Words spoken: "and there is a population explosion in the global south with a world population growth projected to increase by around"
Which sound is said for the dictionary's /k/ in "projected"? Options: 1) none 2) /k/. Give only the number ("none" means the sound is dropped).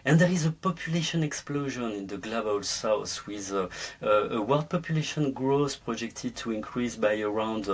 2